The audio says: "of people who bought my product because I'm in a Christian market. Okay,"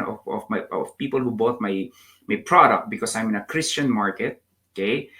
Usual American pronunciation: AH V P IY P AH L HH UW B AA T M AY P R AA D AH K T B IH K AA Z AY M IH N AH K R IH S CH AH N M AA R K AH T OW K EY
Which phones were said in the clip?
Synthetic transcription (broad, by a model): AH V P IY P AH L HH UW B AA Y M AY P R AA D AH K T B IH K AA S AY M IH N AH K R IH S CH AH N M AA R K AH T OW K EY